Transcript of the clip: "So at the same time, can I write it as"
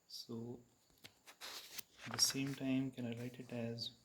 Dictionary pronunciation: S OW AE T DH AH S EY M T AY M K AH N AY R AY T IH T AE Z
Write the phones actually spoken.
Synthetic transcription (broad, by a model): S OW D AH S EY M T AY M K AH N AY L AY T IH T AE Z